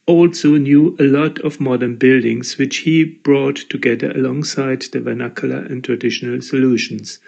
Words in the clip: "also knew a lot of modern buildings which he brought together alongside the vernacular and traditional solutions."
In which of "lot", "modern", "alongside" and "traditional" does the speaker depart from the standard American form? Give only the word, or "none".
none